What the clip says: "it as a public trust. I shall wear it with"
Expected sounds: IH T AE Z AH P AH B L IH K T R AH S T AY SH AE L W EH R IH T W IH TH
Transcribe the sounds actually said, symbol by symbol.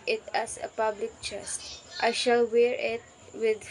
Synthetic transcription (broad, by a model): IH T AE S AH P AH B L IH K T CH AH S T AY SH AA L W EH R IH T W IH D